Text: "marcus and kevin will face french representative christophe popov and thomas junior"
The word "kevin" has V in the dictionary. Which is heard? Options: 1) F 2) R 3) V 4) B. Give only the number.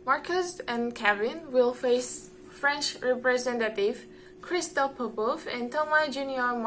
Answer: 4